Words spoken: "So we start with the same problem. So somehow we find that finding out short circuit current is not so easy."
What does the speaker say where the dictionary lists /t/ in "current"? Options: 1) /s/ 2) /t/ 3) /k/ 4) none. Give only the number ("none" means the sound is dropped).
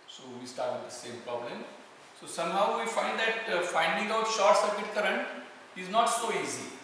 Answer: 4